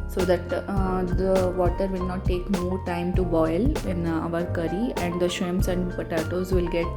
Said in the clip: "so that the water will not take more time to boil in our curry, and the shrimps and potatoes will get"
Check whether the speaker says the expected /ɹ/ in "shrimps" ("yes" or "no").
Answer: no